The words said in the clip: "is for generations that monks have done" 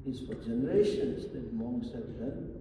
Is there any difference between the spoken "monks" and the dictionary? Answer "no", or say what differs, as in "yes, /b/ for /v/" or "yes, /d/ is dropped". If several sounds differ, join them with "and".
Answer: yes, /k/ is dropped